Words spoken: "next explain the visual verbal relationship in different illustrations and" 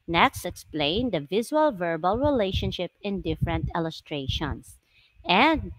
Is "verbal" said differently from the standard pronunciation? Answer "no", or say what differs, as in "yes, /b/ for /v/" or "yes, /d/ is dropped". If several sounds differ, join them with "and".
no